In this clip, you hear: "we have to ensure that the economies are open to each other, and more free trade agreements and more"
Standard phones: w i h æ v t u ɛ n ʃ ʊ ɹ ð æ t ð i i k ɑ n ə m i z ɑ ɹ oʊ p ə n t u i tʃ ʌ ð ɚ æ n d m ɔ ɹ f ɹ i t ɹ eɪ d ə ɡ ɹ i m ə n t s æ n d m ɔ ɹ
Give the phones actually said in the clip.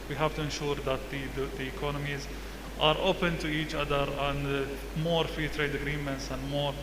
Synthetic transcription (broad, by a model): w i h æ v t u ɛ n ʃ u ɹ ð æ t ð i i k ɑ n ə m i z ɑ ɹ oʊ p ə n t u i tʃ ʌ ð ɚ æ n d m ɔ ɹ f ɹ i t ɹ eɪ d ə ɡ ɹ i m ə n t s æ n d m ɔ ɹ